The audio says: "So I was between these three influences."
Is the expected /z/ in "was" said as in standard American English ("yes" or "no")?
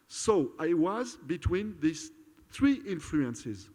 yes